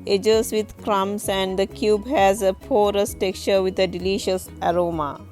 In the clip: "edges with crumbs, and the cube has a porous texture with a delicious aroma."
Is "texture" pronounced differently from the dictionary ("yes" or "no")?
yes